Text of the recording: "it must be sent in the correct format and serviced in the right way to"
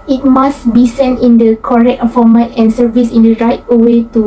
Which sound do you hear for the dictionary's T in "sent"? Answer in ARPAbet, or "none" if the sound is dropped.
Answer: T